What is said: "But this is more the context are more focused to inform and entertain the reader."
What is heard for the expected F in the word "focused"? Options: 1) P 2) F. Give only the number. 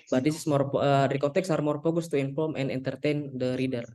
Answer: 1